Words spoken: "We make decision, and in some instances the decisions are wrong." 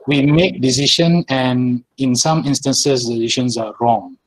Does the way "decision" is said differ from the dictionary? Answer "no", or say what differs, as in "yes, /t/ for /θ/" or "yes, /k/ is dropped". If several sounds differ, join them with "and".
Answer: yes, /ʃ/ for /ʒ/